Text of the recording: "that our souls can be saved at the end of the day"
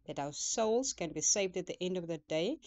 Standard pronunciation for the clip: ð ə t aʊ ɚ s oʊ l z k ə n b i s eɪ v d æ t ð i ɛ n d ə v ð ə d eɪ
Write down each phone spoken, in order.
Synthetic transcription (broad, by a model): ð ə t aʊ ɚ s oʊ l z k ə n b i s eɪ v d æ t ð i ɛ n d ə v ð ə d eɪ